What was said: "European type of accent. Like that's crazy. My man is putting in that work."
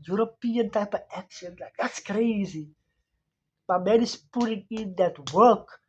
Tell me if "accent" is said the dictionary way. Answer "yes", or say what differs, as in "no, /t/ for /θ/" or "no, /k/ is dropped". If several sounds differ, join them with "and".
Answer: no, /ʃ/ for /s/